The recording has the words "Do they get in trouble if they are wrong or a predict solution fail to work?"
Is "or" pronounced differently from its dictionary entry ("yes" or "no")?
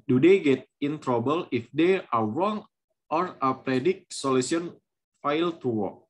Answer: no